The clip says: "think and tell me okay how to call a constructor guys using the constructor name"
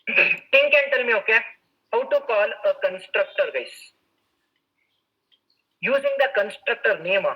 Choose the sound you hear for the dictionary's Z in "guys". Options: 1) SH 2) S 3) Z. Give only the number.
2